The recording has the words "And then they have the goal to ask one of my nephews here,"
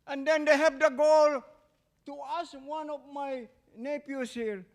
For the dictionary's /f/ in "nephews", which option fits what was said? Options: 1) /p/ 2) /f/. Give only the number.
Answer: 1